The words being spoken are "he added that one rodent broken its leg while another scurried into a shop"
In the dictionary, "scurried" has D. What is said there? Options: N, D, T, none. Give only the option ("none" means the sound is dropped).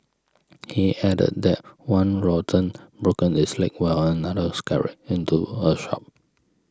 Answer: none